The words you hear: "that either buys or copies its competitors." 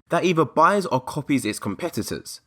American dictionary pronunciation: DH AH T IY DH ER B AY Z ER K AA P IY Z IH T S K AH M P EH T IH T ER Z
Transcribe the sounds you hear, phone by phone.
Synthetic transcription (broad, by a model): DH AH T IY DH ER B AY Z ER K AA P IY Z IH T S K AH M P EH T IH T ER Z